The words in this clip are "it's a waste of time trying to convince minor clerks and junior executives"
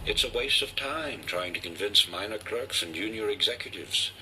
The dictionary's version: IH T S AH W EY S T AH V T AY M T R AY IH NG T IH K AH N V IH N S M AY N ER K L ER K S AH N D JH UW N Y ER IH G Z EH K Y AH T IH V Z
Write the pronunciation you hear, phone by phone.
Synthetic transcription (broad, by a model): IH T S AH W EY S T AH V T AY M T R AY IH NG T IH K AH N V IH N S M AY N ER K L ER K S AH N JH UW N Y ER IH G Z EH K Y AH T IH V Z